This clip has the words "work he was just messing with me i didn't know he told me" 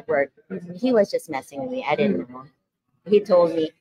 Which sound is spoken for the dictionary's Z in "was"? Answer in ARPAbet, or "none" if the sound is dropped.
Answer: Z